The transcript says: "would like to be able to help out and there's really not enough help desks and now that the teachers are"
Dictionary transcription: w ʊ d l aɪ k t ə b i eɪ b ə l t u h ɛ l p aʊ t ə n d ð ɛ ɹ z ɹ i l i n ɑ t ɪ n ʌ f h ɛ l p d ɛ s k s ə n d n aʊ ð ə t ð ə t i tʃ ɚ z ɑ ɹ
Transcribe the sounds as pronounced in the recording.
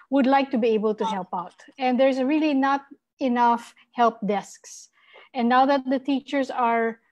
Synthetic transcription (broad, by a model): w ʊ d l aɪ k t ə b i eɪ b ə l t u h ɛ l p aʊ t ə n d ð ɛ ɹ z ɹ i l i n ɑ t ɪ n ʌ f h ɛ l p d ɛ s k s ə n n aʊ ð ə t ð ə t i tʃ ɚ s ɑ ɹ